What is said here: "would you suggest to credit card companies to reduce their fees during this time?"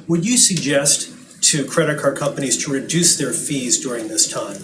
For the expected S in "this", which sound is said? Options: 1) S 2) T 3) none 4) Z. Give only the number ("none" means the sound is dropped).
1